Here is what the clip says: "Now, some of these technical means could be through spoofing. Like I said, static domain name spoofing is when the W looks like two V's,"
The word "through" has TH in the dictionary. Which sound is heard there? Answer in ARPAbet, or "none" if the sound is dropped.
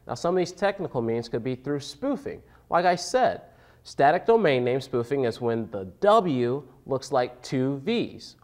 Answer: TH